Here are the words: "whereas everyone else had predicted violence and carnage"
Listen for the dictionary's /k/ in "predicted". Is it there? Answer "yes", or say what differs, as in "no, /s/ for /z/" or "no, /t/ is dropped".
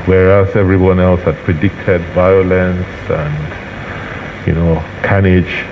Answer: yes